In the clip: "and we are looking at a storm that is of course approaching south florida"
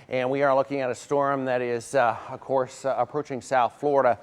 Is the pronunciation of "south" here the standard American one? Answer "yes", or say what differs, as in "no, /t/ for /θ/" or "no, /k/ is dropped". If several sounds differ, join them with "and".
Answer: yes